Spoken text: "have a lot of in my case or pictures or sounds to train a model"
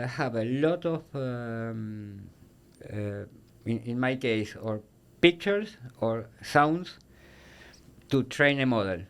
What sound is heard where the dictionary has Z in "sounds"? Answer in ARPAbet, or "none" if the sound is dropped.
S